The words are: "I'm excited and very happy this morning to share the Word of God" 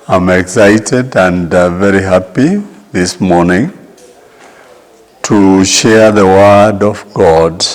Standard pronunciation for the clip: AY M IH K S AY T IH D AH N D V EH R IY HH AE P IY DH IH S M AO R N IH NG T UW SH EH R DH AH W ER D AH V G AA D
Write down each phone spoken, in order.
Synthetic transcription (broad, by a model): AY M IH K S AY T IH D AH N D V EH R IY HH AE P IY DH IH S M AO R N IH NG T UW SH EH R DH AH W ER D AH V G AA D